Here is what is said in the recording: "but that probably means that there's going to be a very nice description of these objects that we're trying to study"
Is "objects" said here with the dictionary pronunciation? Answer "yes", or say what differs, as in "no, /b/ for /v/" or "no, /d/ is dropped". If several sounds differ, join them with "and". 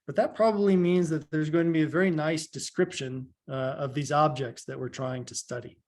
yes